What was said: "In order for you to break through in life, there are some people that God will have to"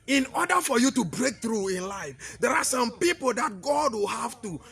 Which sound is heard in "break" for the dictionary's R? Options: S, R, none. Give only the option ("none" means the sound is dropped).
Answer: R